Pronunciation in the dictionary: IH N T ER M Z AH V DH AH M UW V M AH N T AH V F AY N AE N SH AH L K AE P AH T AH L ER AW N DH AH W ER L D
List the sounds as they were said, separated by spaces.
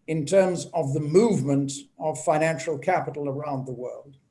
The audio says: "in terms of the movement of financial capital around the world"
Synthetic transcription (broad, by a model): IH N T ER M Z AH V DH AH M UW V M AH N T AH V F AY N AE N SH L K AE P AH T L ER AW N DH AH W ER L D